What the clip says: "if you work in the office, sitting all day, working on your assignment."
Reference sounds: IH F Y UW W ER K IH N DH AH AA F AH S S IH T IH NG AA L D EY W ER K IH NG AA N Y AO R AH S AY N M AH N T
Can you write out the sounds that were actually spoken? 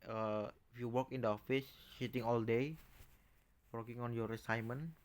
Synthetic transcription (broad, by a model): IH F Y UW W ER K IH N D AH AA F AH S SH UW T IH NG AA L D EY W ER K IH NG AA N Y AO R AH S AY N M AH N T